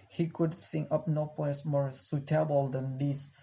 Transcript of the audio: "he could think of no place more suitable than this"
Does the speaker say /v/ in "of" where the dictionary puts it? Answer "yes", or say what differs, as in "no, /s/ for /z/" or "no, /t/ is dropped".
no, /p/ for /v/